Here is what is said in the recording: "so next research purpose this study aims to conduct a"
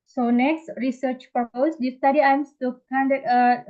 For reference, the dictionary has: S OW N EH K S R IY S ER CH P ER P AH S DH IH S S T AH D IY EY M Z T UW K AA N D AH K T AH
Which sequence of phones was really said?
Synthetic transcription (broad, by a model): S OW N EH K S R IY S ER CH P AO P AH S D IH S S T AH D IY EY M S T UW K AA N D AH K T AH